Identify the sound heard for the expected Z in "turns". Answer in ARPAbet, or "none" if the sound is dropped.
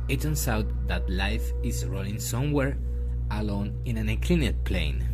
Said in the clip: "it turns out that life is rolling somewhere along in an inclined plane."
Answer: S